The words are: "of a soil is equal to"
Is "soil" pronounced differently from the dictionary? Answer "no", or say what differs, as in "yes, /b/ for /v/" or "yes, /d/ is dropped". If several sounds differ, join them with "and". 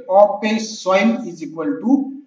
yes, /n/ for /l/